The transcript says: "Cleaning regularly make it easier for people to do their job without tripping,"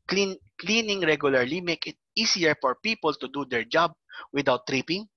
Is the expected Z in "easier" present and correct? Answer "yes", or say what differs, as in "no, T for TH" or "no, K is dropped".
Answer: no, S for Z